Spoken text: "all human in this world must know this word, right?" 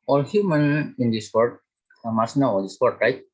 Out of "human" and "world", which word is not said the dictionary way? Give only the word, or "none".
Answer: world